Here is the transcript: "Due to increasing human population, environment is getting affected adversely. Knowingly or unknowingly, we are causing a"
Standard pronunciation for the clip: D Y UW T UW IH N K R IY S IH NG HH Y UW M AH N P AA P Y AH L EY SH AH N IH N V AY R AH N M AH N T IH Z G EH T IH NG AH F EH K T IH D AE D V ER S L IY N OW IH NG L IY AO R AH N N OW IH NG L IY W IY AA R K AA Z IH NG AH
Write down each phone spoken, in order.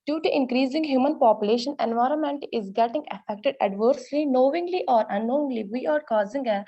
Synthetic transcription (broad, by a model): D Y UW T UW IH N K R IY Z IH NG HH Y UW M AH N P AA P Y AH L EY SH AH N IH N V AY R AH N M AH N T IH Z G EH T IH NG AH F EH K T IH D AE D V ER S L IY N OW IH NG L IY AO R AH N N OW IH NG L IY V IY AA R K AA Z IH NG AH